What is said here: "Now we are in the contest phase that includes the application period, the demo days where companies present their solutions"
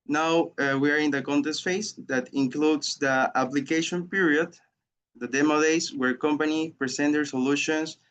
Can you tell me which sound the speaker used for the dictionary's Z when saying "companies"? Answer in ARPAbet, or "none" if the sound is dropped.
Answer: none